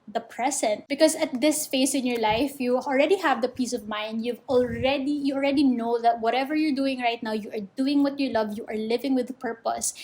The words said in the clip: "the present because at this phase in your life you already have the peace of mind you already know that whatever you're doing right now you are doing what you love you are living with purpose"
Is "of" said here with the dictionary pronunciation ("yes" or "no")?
yes